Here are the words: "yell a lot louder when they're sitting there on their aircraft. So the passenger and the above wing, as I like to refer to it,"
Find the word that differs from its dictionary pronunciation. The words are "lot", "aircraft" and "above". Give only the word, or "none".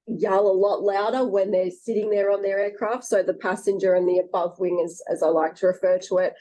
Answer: none